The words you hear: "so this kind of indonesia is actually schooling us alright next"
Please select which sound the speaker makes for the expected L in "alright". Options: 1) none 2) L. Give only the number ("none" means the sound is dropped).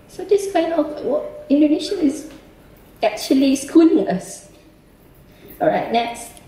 1